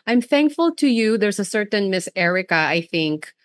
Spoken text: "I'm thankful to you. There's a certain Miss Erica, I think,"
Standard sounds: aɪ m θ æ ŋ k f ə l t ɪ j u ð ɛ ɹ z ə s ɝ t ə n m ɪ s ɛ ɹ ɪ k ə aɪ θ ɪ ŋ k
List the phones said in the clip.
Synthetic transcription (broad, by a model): aɪ m θ æ ŋ k f ə l t ɪ j u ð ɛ ɹ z ə s ɝ t ə n m ɪ s ɛ ɹ ɪ k ə aɪ θ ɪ ŋ k